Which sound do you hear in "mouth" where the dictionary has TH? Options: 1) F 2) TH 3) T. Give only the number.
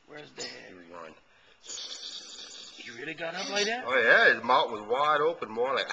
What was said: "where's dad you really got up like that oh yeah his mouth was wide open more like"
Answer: 3